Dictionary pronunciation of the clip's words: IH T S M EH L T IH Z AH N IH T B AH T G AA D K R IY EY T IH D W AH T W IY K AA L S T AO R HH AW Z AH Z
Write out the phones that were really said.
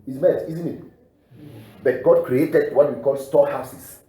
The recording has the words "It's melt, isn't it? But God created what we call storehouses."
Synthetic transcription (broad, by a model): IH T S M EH T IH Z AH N IH T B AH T G AA D K R IY EY T IH D W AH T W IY K AA L S T AO HH AW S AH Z